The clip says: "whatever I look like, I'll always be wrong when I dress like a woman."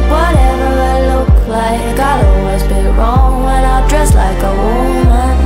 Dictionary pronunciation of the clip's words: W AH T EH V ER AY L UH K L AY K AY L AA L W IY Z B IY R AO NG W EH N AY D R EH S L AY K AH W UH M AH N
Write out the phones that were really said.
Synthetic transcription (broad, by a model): W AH T EH V ER AY L UH K L AY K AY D AA L W IY Z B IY R AO NG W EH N AY D R EH S L AY K AH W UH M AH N